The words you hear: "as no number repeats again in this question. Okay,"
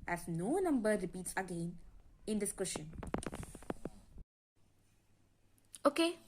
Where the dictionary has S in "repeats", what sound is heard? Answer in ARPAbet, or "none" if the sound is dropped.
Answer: S